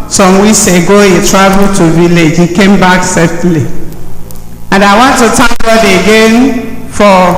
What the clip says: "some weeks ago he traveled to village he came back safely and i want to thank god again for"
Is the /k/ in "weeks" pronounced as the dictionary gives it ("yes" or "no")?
no